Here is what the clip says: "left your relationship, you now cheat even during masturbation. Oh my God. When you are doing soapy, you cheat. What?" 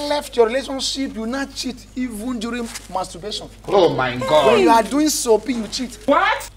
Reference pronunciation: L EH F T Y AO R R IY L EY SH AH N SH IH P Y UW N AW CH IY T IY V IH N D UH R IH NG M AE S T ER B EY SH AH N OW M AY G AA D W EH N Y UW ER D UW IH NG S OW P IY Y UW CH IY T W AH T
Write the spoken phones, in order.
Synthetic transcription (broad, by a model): L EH F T Y AO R R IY L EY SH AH N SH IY P Y UW N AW CH IY T IY V IH N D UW R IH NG M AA S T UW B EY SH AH N OW M AY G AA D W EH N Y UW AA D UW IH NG S OW P IY Y UW CH IY T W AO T